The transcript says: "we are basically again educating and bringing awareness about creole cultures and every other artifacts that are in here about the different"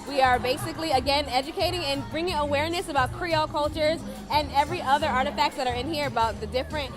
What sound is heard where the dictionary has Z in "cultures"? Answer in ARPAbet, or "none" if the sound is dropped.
Z